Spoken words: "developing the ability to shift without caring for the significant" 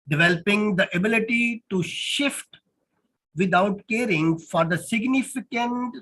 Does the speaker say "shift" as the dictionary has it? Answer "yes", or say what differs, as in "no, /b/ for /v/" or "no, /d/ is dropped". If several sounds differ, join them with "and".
yes